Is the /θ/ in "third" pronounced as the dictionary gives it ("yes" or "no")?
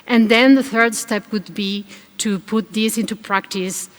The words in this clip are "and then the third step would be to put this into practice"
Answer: yes